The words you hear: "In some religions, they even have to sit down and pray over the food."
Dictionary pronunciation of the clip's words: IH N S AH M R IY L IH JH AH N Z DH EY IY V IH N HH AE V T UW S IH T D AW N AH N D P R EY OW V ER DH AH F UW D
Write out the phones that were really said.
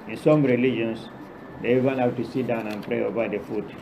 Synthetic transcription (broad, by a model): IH N S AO M R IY L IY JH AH N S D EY IY V IH N HH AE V T UW S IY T D AW N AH N P R EY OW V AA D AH F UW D